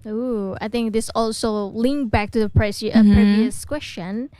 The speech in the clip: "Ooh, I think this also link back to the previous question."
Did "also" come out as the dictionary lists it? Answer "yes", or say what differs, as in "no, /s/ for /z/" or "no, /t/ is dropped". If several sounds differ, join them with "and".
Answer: yes